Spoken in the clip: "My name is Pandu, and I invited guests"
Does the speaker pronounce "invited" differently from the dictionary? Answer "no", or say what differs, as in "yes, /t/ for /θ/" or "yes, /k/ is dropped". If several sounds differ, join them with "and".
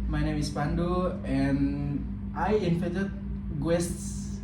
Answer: yes, /f/ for /v/